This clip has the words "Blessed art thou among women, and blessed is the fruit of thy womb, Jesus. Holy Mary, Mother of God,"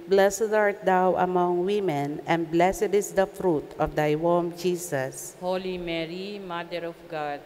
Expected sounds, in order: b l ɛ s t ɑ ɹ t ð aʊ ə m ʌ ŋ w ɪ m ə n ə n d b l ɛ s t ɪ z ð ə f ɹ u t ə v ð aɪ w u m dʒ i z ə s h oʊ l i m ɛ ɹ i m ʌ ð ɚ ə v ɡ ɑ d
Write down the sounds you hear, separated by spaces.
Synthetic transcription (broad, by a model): b l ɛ s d ɑ ɹ t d aʊ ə m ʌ ŋ w ɪ m ə n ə n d b l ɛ s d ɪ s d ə f ɹ u t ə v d aɪ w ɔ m dʒ i s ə s h oʊ l i m ɛ ɹ i m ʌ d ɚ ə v ɡ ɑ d